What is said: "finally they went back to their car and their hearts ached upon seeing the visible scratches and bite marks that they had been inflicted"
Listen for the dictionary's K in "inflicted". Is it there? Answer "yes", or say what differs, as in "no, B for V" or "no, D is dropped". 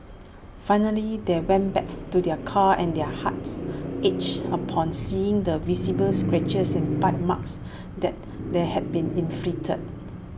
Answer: no, K is dropped